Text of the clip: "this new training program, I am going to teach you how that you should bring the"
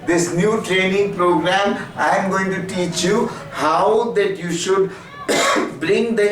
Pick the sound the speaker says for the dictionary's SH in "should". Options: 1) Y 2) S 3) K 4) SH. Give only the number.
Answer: 4